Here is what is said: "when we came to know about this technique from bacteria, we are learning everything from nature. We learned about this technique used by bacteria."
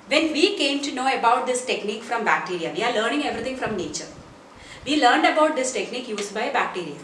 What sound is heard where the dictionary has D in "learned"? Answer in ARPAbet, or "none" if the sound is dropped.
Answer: D